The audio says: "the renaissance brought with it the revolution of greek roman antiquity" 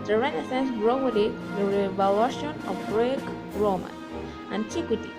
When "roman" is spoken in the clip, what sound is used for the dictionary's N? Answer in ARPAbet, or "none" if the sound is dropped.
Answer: none